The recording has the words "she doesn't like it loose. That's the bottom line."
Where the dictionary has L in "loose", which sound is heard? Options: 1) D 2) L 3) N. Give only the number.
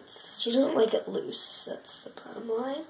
2